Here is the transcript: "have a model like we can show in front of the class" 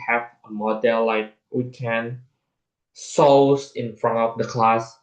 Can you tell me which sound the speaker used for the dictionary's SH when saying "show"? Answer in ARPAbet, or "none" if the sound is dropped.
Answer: S